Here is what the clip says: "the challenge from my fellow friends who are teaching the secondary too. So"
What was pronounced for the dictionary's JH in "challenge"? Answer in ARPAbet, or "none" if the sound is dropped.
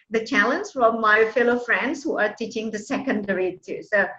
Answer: Z